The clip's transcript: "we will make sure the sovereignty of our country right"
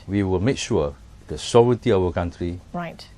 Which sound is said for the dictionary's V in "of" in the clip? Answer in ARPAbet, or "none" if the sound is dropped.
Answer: W